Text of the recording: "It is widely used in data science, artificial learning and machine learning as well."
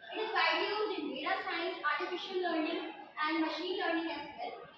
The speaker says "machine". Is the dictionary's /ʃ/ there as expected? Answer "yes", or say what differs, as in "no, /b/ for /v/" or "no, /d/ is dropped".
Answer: yes